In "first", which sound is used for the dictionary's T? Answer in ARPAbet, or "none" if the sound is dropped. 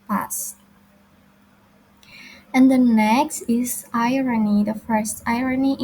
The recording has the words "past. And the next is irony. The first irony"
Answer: T